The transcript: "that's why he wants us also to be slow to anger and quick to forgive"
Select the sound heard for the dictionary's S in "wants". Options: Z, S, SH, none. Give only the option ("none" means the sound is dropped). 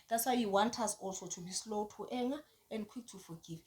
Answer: none